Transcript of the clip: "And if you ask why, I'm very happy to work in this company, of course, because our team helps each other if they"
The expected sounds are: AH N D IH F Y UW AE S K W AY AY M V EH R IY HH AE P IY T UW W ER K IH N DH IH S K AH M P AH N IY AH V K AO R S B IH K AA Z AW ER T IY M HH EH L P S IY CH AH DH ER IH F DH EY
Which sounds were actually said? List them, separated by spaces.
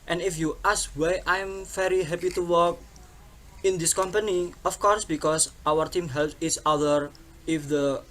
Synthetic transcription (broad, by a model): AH N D IH F Y UW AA S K W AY AY M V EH R IY HH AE P IY T UW W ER K IH N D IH S K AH M P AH N IY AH F K AO R S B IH K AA S AW ER T IY M HH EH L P IY S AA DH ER IH F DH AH